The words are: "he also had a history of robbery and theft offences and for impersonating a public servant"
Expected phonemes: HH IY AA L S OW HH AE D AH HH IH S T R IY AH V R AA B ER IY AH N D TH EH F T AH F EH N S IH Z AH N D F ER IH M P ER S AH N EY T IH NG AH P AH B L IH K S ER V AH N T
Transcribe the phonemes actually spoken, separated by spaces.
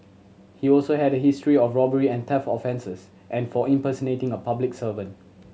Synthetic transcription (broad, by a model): HH IY AA L S OW HH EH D AH HH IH S T R IY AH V R AA B ER IY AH N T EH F AH F EH N S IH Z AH N F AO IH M P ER S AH N EY T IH NG AH P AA B L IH K S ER V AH N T